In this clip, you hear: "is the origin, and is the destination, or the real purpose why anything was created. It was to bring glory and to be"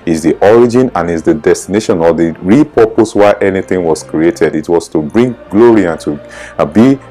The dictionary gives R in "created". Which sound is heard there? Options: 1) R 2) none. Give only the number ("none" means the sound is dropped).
1